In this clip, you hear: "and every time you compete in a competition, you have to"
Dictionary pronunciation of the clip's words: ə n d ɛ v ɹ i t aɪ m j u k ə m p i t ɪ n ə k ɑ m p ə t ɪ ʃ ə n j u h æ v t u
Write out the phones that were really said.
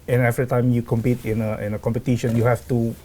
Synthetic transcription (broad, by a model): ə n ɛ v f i t aɪ m j u k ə m p i t ɪ n ə k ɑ m p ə t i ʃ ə n j u h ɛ f t u